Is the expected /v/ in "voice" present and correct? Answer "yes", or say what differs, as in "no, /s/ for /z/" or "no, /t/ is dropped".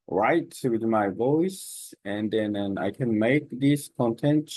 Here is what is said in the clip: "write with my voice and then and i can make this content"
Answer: yes